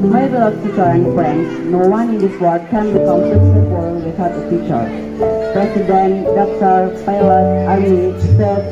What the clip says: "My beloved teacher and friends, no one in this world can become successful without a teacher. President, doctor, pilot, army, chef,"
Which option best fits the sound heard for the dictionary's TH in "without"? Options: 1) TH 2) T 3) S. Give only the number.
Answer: 2